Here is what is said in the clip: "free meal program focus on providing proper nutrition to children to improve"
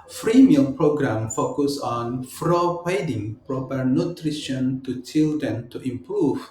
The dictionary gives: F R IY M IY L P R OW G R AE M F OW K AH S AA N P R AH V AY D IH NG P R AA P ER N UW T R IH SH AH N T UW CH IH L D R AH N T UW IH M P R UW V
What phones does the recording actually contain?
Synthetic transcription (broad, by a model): F R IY M IY L P R OW G R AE M F OW K AH S AA N F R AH P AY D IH NG P R AA P ER N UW T R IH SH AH N T UW CH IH L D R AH N T UW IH M P R UW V